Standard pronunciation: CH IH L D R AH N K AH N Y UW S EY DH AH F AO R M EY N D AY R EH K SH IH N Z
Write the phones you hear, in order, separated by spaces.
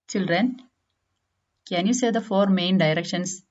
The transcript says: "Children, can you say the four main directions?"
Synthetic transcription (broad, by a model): CH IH L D R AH N K AH N Y UW S EY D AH F AO R M EY N D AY R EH K SH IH N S